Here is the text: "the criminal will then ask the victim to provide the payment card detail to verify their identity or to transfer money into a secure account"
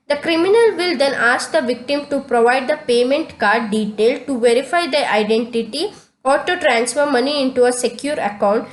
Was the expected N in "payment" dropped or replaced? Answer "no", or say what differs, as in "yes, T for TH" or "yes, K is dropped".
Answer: no